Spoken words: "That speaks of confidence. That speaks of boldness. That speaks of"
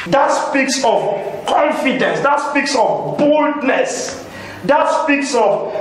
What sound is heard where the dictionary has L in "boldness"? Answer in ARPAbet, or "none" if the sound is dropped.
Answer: L